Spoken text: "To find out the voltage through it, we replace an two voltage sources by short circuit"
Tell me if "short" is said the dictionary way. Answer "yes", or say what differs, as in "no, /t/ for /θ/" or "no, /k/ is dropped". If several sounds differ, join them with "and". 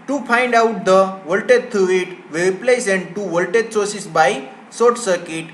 no, /s/ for /ʃ/